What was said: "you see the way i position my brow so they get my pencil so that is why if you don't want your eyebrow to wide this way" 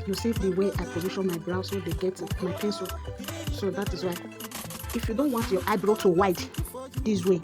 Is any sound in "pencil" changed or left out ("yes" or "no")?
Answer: no